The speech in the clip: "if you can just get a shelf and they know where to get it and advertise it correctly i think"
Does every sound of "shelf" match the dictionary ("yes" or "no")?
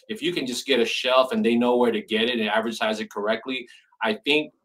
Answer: yes